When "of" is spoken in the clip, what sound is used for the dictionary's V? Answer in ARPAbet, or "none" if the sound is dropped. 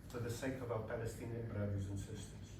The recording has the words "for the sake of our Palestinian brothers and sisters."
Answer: V